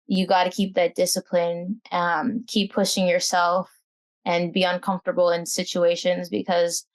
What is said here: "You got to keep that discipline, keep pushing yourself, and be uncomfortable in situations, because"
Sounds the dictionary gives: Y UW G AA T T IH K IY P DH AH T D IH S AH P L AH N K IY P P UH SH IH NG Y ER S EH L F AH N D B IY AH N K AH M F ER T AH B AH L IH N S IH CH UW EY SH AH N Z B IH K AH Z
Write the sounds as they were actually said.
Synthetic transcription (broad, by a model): Y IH G AA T T IH K IY P DH AH T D IH S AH P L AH N K IY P P UH SH IH NG Y ER S EH L F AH N B IY AH N K AH M F T AH B L IH N S IH CH UW EY SH AH N Z B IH K AH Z